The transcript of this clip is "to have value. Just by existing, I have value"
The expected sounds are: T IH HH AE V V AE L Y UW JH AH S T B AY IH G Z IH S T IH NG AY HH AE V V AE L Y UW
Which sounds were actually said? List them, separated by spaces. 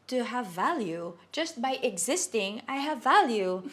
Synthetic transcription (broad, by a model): T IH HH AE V V AE L Y UW JH AH S T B AY IH G Z IH S T IH NG AY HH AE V V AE L Y UW